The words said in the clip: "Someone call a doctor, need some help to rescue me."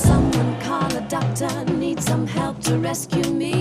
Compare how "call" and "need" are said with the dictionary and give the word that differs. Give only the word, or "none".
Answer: call